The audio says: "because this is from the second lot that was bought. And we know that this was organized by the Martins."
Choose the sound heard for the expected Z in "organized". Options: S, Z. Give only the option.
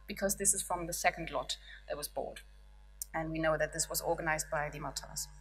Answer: Z